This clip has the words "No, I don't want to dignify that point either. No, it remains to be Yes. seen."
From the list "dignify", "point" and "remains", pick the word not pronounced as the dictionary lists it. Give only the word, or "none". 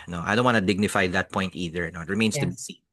remains